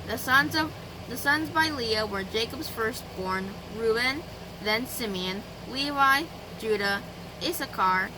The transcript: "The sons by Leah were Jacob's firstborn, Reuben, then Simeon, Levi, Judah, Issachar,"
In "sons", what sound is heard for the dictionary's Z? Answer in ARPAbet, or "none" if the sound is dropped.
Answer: Z